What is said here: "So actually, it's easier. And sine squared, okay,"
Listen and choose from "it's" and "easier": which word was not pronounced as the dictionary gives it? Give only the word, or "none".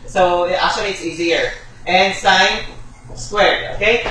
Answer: none